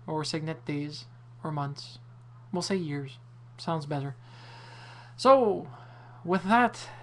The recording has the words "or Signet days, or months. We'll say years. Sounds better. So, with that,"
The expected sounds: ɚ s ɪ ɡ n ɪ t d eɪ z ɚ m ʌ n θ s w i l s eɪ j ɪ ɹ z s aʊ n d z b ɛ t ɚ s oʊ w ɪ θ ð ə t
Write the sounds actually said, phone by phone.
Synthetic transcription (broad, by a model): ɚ s ɪ ɡ n ɪ t d eɪ z ɚ m ʌ n θ s w i l s eɪ j ɪ ɹ z s aʊ n d z b ɛ t ɚ s oʊ w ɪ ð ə t